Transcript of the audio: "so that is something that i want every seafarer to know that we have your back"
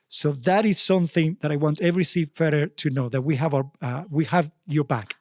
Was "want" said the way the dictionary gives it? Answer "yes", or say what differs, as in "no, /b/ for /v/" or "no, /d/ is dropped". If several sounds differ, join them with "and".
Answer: yes